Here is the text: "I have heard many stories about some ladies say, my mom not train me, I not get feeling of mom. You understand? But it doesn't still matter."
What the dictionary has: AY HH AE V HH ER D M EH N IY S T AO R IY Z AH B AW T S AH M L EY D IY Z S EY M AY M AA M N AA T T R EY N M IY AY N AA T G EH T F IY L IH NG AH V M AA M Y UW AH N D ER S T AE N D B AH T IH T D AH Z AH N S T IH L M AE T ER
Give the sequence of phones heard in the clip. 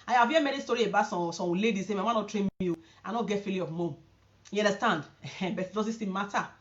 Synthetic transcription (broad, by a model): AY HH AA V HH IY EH M EH N IY S T AO R IY AH B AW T S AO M L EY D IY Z S EY M AY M AA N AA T T R EY N M IY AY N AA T G EH T F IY L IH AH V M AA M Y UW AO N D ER S T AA N D B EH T IH T D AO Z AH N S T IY M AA T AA